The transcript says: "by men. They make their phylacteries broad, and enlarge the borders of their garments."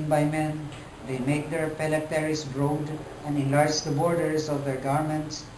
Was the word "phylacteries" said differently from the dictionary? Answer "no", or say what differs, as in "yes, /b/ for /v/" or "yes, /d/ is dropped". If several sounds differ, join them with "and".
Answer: yes, /p/ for /f/ and /s/ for /z/